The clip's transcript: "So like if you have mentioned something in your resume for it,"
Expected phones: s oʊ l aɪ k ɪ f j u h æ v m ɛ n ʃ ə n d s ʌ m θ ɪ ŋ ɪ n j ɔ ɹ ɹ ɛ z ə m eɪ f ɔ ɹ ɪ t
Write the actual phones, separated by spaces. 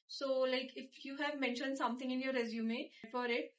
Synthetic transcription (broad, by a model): s oʊ l aɪ k ɪ f j u h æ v m ɛ n ʃ ə n d s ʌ m t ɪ ŋ ɪ n j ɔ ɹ ɹ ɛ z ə m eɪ f ɔ ɹ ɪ t